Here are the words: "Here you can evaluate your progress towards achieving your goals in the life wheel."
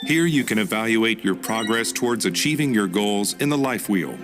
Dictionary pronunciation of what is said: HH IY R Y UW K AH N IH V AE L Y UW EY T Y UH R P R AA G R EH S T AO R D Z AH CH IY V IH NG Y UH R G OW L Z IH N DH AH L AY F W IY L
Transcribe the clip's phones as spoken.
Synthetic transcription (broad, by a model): HH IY R Y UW K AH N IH V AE L Y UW EY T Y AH R P R AA G R EH S T AO R D Z AH CH IY V IH NG Y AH R G OW L Z IH N DH AH L AY F W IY L